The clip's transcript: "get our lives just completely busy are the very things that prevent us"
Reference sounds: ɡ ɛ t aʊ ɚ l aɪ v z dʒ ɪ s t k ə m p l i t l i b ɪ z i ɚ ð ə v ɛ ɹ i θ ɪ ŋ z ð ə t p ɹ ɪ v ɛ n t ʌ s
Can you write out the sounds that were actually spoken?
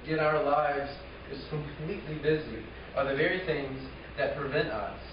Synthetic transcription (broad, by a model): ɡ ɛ t aʊ ɚ l aɪ v z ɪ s k ə m p l i t l i b ɪ z i ɚ ð ə v ɛ ɹ i θ ɪ ŋ z ð ə t p ɹ ɪ v ɛ n t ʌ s